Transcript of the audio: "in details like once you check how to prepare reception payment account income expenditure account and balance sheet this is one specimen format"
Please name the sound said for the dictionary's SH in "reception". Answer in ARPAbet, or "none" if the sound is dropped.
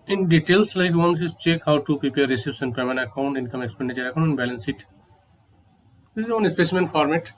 S